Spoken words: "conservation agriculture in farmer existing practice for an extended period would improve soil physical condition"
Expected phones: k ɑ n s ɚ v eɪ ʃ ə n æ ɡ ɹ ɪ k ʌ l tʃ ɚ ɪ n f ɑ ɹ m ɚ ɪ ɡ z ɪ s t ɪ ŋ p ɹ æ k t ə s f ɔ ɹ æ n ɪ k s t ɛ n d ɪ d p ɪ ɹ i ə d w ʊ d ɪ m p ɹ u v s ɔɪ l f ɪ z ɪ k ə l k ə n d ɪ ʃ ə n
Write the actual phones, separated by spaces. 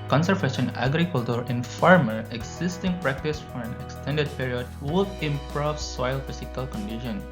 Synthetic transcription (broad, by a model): k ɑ n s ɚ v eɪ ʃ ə n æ ɡ ɹ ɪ k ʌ l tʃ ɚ ɪ n f ɑ ɹ m ɚ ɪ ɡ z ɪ s t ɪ ŋ p ɹ æ k t ə s f ɔ ɹ æ n ɪ k s t ɛ n d ɪ d p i ɹ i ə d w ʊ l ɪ m p ɹ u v s ɔɪ l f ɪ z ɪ k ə l k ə n d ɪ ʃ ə n